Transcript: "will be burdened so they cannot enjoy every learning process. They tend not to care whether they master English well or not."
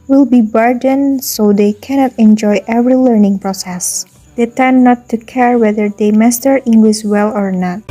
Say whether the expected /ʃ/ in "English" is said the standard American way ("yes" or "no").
no